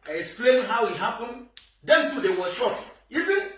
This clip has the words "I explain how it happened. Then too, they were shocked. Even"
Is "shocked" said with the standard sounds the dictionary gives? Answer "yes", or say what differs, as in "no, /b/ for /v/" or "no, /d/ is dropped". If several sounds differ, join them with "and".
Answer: no, /t/ is dropped